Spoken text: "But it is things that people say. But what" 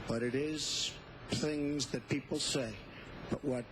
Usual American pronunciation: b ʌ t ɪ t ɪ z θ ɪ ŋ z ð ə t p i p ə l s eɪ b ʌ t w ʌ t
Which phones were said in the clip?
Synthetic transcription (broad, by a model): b ʌ t ɪ t ɪ z θ ɪ ŋ z ð ə t p i p l s eɪ b ʌ t w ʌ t